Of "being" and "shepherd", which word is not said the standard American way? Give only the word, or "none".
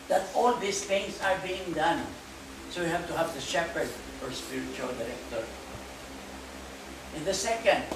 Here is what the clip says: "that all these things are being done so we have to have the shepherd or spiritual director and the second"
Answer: none